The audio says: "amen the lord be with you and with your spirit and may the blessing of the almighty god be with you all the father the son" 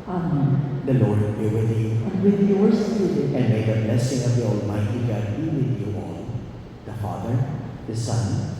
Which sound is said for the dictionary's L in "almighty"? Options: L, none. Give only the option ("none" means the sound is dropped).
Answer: L